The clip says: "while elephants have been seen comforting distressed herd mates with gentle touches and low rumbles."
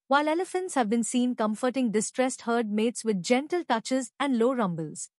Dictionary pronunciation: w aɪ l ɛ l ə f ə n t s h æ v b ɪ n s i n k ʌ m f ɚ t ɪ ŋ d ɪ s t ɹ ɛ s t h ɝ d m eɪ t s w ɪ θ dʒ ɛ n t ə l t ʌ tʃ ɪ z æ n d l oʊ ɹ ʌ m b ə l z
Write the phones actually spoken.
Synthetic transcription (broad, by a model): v aɪ l ɛ l ə f ə n t s h æ v b ɪ n s i n k ʌ m f ɚ t ɪ ŋ d ɪ s t ɹ ɛ s t h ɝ d m eɪ t s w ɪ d dʒ ɛ n t ə l t ʌ tʃ ɪ z æ n d l oʊ ɹ ʌ m b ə l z